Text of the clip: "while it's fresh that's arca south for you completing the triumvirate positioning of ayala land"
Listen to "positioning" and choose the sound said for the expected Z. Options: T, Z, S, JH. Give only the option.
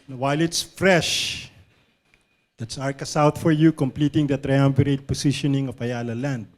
S